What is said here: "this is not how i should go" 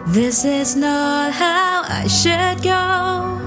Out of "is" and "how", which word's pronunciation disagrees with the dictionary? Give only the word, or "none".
none